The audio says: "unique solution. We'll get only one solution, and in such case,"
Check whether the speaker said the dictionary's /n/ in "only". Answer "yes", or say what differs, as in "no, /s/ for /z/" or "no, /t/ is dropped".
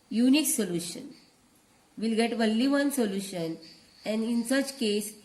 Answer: no, /n/ is dropped